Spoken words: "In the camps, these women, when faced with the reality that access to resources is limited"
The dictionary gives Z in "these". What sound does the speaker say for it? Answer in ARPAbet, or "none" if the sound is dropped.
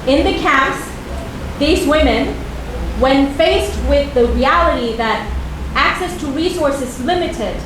Z